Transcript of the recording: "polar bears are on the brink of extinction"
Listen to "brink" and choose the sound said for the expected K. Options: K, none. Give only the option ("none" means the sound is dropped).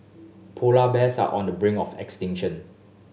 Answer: none